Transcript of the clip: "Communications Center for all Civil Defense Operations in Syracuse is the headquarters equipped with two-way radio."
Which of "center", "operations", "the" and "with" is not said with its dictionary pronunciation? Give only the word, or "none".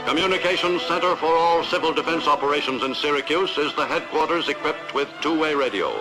none